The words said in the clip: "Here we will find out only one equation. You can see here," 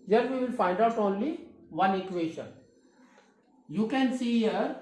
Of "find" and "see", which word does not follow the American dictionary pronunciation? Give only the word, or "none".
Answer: none